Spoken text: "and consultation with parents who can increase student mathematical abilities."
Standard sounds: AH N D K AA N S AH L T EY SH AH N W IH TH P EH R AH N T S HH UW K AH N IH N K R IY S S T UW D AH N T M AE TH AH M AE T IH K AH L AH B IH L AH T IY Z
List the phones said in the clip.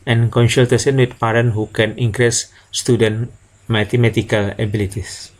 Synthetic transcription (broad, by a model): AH N K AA N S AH L T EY S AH N W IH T P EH R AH N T HH UW K AH N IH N K R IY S S T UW D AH N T M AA T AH M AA T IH K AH L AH B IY L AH T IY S